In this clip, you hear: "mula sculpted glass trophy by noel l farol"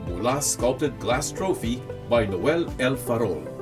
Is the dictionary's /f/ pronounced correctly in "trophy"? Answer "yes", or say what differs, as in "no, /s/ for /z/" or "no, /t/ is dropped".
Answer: yes